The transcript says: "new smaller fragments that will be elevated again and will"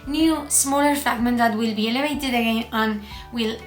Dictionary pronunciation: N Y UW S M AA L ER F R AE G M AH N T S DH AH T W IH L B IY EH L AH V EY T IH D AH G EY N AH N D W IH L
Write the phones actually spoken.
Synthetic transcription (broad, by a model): N Y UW S M AA L ER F AE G M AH N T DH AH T W IH L B IY EH L AH V EY T IH D AH G EY N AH N W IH L